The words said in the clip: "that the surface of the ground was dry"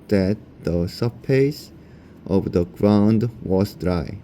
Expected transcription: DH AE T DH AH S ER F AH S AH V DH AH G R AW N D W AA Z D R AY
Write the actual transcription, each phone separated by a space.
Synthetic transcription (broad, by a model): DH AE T DH AH S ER P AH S AH V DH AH G R AW N D W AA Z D R AY